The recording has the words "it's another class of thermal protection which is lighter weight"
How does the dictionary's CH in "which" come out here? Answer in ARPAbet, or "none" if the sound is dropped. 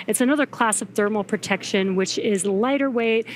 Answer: CH